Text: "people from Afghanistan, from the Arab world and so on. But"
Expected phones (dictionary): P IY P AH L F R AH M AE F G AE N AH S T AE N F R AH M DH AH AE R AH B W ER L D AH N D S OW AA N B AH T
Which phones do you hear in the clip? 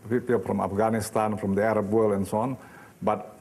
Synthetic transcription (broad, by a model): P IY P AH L F R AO M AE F G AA N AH S T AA N F R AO M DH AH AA R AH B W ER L AH N S OW AA N B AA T